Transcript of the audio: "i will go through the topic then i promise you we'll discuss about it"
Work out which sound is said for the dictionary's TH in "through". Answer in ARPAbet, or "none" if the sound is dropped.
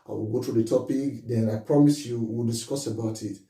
T